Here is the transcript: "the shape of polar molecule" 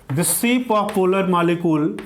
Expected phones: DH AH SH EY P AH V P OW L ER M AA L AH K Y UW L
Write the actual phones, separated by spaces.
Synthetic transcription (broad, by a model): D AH S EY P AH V P OW L ER M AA L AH K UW L